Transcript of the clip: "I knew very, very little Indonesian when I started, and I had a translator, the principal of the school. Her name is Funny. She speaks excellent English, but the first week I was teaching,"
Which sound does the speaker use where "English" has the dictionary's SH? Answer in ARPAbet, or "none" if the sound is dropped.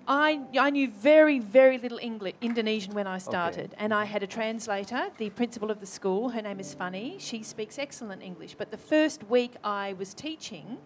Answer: SH